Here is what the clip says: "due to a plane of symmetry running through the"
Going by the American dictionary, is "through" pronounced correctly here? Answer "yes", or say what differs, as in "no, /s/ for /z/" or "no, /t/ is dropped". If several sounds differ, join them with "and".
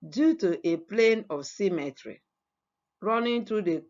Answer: no, /t/ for /θ/